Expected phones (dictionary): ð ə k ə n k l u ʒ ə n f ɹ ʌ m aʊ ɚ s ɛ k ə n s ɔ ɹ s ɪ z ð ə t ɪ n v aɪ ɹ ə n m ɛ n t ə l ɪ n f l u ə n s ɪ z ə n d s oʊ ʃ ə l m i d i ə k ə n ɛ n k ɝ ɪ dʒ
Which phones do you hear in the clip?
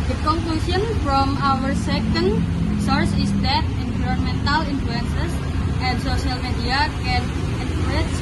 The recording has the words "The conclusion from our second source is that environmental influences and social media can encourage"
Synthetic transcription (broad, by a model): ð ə k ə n k l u s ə n f ɹ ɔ m aʊ ɚ s ɛ k ə n s ɔ ɹ s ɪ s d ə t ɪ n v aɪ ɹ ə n m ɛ n t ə l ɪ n f l u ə n s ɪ s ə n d s oʊ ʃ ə l m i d i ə k ə n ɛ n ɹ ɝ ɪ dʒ